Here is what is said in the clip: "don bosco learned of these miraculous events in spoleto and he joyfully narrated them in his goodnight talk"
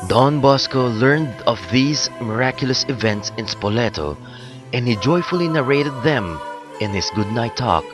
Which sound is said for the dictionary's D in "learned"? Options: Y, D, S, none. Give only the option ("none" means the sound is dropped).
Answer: D